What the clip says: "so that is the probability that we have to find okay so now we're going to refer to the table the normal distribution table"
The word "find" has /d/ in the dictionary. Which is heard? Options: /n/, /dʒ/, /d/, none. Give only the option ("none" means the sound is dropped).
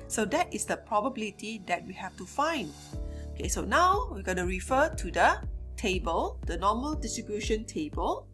/d/